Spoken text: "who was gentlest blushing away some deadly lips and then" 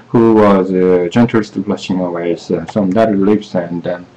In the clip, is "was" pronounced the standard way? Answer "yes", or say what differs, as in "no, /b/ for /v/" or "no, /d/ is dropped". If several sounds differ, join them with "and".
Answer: yes